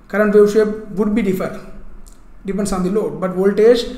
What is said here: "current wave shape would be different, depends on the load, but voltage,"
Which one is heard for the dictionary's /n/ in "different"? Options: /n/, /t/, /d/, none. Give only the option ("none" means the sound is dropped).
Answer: none